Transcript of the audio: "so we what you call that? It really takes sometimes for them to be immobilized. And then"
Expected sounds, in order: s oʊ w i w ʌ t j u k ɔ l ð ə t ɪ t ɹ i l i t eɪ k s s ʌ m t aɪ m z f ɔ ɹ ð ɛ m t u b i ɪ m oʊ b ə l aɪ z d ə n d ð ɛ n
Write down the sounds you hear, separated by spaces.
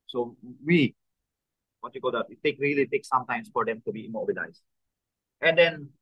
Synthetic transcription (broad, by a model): s oʊ w i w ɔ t j u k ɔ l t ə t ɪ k ɹ i l i t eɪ k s s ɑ m t aɪ m s f ɔ ɹ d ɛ m t u b i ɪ m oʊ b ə l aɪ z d ə n d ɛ n